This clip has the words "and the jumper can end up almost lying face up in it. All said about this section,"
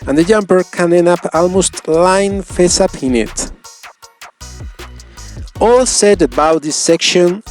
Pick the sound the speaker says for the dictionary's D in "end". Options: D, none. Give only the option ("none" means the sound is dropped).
none